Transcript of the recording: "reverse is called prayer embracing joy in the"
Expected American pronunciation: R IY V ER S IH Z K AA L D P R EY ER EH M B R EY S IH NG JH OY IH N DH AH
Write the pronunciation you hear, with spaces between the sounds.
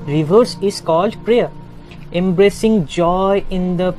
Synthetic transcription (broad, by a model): R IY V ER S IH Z K AA L D P R EY ER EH M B R EY S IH NG JH OY IH N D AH